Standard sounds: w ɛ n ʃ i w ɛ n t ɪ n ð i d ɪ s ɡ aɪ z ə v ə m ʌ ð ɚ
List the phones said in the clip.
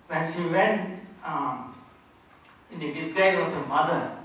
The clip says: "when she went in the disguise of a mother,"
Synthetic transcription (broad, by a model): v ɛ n ʃ i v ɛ n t ɪ n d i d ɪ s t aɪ ə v ə m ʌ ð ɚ